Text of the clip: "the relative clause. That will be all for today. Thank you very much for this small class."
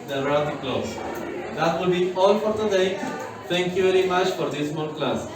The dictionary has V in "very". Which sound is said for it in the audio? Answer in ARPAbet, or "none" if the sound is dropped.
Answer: V